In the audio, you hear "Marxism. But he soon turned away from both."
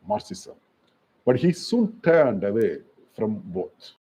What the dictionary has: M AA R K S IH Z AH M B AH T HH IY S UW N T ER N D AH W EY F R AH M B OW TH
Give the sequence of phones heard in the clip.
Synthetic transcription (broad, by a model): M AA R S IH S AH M B AH T HH IY S UW N T ER N D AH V EY F R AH M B OW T